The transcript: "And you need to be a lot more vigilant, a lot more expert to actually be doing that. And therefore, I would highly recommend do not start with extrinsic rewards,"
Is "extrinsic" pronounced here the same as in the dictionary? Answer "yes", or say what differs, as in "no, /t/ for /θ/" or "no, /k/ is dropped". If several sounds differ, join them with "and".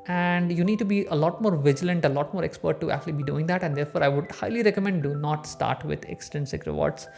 no, /ɹ/ is dropped